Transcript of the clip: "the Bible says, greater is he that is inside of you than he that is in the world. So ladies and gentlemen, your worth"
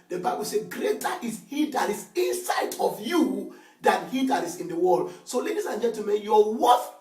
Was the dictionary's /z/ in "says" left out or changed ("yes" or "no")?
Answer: yes